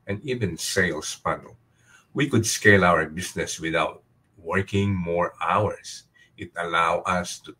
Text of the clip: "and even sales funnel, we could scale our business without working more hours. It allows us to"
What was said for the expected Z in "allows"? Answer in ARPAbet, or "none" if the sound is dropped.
none